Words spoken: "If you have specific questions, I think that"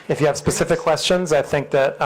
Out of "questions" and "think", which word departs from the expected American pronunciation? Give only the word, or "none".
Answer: none